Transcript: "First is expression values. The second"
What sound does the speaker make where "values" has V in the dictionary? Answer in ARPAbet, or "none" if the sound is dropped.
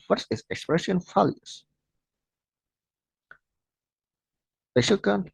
F